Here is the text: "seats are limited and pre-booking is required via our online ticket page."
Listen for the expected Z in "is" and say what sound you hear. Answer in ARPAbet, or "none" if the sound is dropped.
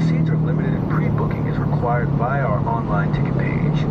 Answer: Z